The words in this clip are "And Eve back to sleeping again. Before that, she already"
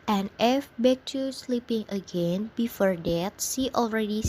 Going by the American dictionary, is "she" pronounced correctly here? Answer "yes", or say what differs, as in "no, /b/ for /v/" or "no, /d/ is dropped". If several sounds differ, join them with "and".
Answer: no, /s/ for /ʃ/